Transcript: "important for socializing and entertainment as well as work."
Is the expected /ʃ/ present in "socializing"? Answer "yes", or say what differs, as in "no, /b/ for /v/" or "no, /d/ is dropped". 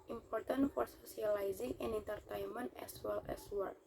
no, /s/ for /ʃ/